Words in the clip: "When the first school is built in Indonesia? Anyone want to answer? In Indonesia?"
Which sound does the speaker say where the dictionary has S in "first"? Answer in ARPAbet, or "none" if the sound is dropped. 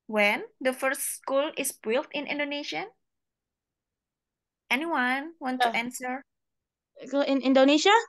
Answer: S